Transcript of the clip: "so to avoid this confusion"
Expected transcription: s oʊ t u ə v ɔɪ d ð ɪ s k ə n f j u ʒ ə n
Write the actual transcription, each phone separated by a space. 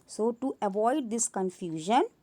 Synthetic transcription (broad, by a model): s oʊ t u ə v ɔɪ d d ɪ s k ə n f j u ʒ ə n